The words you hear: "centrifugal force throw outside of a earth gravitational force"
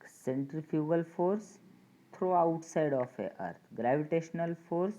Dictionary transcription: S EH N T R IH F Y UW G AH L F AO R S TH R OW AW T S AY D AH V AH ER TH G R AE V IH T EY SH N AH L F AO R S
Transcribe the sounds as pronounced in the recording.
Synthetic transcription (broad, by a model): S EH N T R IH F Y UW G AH L F AO R S T R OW AW T S AY D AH F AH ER T G R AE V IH T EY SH N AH L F AO R S